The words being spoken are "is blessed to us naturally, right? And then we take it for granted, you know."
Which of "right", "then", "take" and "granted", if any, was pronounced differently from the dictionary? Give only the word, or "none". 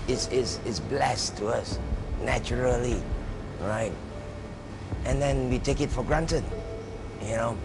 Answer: none